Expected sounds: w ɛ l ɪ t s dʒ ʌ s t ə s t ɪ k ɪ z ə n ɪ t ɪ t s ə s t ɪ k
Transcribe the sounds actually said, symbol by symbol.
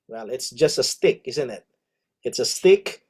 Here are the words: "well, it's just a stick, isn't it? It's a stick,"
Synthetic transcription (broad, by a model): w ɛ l ɪ t s dʒ ʌ s t ə s t ɪ k ɪ z ə n ɪ t ɪ t s ə s t ɪ k